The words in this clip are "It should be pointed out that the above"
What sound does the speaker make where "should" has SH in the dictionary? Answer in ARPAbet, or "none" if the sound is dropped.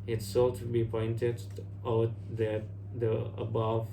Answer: S